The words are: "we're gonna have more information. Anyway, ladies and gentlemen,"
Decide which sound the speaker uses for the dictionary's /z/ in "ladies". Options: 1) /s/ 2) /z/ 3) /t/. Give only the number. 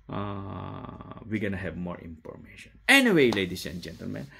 1